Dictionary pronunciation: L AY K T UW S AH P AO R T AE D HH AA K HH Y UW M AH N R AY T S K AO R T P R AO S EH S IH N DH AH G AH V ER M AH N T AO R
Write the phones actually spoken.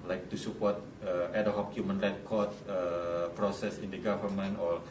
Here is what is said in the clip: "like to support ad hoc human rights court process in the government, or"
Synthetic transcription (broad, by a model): L AY K T UW S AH P AO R T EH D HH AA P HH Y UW M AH N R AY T K AO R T P R AO S EH S IH N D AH G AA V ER M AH N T AO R